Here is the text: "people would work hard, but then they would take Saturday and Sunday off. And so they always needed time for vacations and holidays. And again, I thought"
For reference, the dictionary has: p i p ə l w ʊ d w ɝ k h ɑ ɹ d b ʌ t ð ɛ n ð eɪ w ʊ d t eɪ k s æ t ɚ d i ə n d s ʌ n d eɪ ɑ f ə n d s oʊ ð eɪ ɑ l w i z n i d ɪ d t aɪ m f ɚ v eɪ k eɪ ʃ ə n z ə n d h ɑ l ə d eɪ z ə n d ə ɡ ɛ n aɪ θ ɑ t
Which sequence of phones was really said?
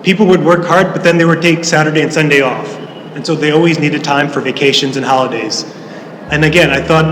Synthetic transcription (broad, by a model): p i p l w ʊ d w ɝ k h ɑ ɹ d b ʌ t ð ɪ n ð eɪ w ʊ d t eɪ k s æ t ɚ d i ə n s ʌ n d eɪ ɑ f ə n s oʊ ð eɪ ɑ l w i z n i d ɪ d t aɪ m f ɚ v eɪ k eɪ ʃ ə n z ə n h ɑ l ə d eɪ z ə n ə ɡ ɛ n aɪ θ ɑ t